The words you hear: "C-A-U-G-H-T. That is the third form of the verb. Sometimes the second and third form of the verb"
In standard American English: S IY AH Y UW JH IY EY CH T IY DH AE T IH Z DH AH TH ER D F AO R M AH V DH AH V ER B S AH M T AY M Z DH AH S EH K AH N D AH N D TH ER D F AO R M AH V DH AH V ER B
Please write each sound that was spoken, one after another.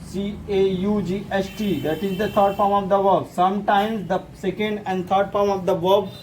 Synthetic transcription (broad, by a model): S IY AH Y UW JH IY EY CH T IY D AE T IH Z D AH T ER D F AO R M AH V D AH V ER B S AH M T AY M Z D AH S EH K AH N D AH N D T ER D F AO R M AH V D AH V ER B